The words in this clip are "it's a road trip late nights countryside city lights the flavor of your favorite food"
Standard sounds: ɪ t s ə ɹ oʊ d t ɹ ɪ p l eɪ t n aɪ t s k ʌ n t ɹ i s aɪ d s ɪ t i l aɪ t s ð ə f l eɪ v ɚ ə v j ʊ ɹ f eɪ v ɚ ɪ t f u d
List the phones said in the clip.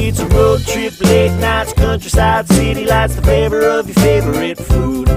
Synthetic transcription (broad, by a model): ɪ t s ə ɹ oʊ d t ɹ ɪ p l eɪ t n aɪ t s k ʌ n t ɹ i s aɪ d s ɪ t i l aɪ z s ð ə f eɪ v ɚ ə v j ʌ ɹ f eɪ v ɚ ɪ t f u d